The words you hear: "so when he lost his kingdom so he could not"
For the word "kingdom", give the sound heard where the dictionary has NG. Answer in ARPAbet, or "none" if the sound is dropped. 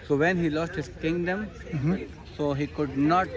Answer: NG